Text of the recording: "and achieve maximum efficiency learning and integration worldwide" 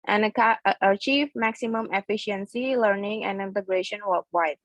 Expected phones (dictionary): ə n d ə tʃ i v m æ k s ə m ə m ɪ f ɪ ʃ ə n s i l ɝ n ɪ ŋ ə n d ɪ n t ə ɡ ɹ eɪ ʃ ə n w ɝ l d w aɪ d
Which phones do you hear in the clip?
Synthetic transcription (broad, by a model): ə n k ə tʃ i v m æ k s ə m ə m ɪ f ɪ ʃ ə n s i l ɝ n ɪ ŋ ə n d ɪ n t ə ɡ ɹ eɪ ʃ ə n w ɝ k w aɪ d